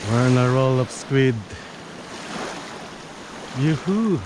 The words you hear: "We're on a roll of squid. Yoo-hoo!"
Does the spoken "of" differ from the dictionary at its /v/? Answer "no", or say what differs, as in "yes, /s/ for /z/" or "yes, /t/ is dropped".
yes, /p/ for /v/